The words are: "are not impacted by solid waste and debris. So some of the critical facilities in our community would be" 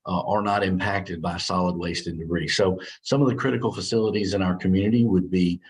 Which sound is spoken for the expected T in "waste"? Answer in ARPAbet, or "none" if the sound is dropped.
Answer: T